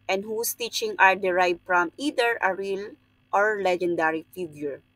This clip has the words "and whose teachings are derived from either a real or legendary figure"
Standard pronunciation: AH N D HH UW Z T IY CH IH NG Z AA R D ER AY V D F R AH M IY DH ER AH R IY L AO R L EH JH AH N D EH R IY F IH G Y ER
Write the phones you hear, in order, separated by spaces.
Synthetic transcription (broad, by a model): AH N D HH UW S T IY CH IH NG AA R D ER AY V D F R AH M IY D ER AH R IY L AO R L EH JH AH N D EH R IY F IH G Y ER